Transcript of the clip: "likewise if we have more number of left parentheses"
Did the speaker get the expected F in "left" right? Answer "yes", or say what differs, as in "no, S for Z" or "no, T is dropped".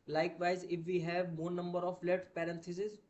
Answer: no, F is dropped